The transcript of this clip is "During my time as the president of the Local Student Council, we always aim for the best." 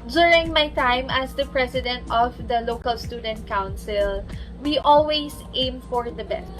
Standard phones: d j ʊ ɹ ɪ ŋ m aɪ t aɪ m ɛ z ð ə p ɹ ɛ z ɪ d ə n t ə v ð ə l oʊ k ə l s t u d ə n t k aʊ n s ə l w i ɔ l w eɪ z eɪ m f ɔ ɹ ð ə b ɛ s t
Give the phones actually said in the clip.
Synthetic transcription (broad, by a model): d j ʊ ɹ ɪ ŋ m aɪ t aɪ m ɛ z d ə p ɹ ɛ s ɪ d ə n t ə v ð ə l oʊ k ə l s t u d ə n t k aʊ n s ə l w i ɔ l w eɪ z eɪ m f ɔ ɹ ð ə b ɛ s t